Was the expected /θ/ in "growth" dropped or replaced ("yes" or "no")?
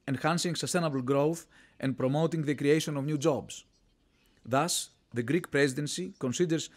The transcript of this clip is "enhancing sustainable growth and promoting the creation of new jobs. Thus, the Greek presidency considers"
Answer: no